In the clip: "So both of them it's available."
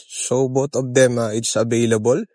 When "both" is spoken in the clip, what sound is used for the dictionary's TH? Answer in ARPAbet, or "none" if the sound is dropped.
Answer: T